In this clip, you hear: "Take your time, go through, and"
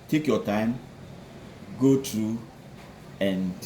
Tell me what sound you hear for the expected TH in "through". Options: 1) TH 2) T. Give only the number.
2